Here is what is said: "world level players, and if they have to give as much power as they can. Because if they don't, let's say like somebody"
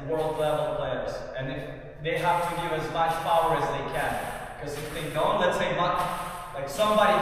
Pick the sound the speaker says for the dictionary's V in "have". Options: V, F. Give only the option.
F